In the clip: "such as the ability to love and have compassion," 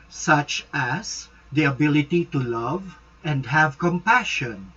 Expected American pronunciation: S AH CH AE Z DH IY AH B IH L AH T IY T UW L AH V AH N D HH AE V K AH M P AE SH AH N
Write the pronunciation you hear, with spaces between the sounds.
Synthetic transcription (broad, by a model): S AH CH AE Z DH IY AH B IH L AH T IY T UW L AH V AH N D HH AE V K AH M P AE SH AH N